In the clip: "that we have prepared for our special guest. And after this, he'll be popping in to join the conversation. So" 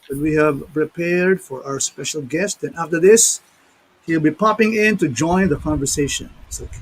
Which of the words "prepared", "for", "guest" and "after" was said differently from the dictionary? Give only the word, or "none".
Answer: none